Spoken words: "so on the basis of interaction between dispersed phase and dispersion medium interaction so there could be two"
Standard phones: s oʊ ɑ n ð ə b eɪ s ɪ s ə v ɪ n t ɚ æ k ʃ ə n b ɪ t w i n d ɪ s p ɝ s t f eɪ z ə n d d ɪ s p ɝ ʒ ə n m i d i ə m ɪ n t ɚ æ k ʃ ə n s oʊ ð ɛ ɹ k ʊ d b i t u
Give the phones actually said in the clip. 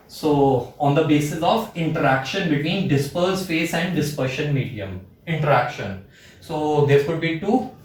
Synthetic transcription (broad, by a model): s oʊ ɑ n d ə b eɪ s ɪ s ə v ɪ n t ɚ æ k ʃ ə n b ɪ t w i n d ɪ s p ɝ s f eɪ s ə n d d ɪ s p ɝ ʃ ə n m i d i ə m ɪ n t ɚ æ k ʃ ə n s oʊ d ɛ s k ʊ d b i t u